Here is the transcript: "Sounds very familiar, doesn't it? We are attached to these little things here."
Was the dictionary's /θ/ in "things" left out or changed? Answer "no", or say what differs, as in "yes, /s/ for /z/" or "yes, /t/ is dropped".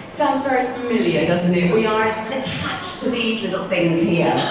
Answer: no